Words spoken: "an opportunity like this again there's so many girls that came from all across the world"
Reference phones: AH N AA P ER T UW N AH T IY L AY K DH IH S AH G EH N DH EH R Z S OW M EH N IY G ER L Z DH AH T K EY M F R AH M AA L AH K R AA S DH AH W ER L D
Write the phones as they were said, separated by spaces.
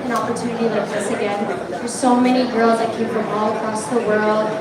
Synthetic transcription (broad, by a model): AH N AA P ER T UW N AH T IY L AY K DH IH S AH G EH N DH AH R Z S OW M EH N IY G ER L Z DH AH T K EY M F R AH M AA L AH K R AA S DH AH W ER L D